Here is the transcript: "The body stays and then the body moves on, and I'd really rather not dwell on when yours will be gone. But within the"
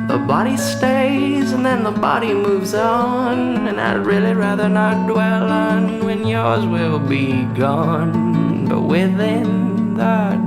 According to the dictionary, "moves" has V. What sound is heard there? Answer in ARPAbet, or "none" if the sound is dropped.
V